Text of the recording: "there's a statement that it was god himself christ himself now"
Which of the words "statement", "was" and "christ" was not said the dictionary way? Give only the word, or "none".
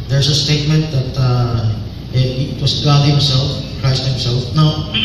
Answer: was